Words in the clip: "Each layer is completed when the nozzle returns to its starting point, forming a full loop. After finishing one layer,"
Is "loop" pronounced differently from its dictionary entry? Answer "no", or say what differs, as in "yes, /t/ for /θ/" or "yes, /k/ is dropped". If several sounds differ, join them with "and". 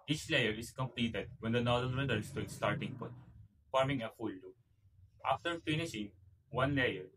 yes, /p/ is dropped